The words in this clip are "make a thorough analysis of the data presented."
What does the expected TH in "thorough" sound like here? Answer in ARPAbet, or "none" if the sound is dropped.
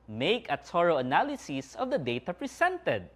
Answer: S